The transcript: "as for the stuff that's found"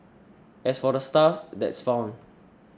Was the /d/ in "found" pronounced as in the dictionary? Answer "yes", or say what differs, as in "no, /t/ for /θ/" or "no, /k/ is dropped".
no, /d/ is dropped